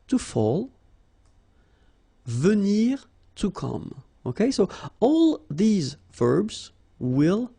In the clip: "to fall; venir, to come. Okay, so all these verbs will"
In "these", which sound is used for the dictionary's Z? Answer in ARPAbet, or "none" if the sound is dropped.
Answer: Z